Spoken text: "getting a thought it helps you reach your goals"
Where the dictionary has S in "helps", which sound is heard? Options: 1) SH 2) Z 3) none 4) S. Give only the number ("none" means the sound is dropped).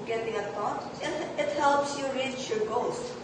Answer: 4